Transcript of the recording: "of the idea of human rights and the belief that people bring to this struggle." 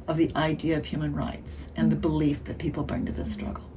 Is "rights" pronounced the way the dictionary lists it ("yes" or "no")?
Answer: yes